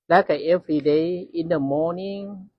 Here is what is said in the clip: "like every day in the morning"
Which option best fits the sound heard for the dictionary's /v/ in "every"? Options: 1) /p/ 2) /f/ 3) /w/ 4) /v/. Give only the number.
2